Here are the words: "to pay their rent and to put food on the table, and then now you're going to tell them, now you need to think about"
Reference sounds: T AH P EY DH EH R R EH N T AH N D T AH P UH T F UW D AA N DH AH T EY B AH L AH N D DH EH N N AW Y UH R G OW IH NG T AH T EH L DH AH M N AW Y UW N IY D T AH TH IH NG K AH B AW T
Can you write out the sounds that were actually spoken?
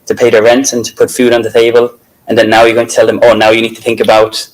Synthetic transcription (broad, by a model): T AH P EY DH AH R R EH N T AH N T AH P UH T F UW D N DH AH T EY B AH L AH N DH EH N N AW Y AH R G OW IH NG T AH T EH L DH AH M N AW Y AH N IY D T AH TH IH NG K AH B AW T